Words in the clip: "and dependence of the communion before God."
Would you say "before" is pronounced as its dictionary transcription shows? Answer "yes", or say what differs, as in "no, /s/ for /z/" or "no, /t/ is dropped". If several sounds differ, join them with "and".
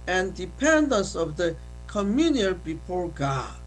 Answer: yes